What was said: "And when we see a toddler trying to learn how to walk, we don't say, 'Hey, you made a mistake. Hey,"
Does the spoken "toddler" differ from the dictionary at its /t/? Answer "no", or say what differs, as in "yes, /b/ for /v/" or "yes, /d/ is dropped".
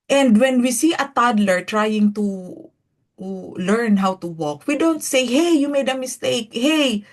no